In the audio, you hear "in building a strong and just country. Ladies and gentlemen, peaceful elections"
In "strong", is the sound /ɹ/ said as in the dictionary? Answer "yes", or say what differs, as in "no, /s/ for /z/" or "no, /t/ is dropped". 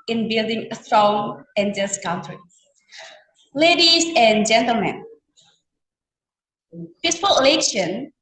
yes